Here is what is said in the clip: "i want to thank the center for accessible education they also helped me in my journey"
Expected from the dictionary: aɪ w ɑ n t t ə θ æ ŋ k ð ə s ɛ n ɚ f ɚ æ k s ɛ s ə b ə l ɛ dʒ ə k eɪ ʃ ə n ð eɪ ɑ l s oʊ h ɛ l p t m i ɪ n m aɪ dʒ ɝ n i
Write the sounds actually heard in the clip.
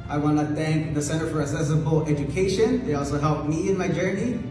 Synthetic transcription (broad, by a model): aɪ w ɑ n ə θ æ ŋ k ð ə s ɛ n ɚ f ɚ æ s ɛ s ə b l ɛ dʒ ə k eɪ ʃ ə n ð eɪ ɑ l s oʊ h ɛ l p m i ɪ n m aɪ dʒ ɝ n i